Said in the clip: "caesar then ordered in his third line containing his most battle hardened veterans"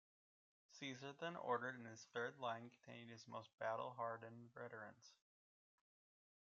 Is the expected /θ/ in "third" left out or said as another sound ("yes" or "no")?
no